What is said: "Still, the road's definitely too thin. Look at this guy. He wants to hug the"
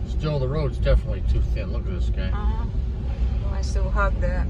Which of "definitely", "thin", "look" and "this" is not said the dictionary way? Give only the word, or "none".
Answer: none